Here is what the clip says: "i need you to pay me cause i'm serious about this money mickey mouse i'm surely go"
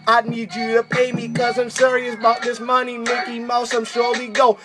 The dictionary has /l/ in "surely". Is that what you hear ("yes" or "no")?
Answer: no